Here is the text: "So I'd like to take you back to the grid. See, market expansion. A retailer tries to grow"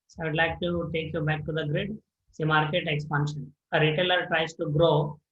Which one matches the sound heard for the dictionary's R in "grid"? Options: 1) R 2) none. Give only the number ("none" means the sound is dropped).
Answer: 1